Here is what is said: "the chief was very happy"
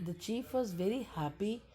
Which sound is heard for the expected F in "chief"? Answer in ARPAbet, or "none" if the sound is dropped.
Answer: F